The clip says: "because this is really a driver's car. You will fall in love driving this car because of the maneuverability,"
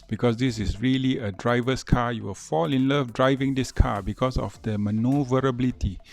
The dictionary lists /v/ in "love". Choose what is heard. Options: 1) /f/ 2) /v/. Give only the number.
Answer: 1